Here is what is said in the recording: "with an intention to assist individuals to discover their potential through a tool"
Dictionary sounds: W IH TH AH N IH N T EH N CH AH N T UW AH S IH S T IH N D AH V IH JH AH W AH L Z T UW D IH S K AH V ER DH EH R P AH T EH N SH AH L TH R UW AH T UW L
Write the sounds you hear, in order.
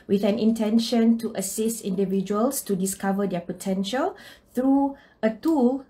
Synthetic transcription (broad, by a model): W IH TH AH N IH N T EH N SH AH N T UW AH S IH S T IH N D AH V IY JH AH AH L S T UW D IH S K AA V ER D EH P AH T EH N SH AH L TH R UW AH T UW L